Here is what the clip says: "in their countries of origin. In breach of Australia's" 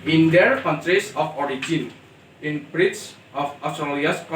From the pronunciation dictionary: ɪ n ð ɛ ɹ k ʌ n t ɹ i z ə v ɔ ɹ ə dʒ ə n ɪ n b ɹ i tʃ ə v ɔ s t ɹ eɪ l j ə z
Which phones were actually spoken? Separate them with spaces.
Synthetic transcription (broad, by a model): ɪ n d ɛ ɹ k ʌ n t ɹ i s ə f ɔ ɹ ə dʒ ə n ɪ n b ɹ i s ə f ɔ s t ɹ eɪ l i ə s